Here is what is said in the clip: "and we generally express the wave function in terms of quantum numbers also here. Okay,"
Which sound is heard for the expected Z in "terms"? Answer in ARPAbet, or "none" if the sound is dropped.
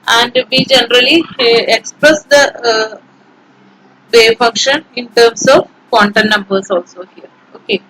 S